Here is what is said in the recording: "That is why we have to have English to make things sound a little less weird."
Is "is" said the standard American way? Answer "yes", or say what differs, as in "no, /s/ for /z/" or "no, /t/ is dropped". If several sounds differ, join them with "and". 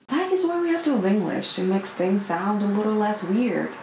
yes